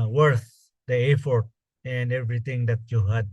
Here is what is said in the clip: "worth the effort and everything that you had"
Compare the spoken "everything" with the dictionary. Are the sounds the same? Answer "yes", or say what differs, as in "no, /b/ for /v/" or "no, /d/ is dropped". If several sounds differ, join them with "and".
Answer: no, /t/ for /θ/